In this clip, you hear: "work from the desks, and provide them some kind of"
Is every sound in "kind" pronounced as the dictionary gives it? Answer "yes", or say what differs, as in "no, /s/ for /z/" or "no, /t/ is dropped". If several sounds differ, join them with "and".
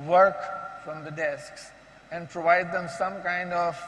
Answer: yes